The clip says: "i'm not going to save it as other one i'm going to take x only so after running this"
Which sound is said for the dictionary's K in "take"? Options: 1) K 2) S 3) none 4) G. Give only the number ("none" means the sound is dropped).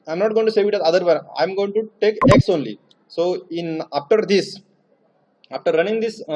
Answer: 1